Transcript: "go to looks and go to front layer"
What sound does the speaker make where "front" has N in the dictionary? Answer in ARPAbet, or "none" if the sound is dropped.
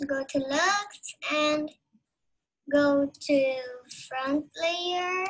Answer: N